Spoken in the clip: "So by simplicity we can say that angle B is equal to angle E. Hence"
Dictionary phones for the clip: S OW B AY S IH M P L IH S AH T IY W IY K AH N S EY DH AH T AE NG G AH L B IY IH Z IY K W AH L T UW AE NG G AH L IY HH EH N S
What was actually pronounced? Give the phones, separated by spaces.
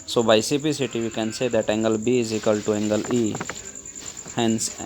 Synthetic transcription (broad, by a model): S OW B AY S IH P IY S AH T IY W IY K AH N S EY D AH T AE NG G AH L B IY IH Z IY K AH L T UW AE NG G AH L IY HH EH N S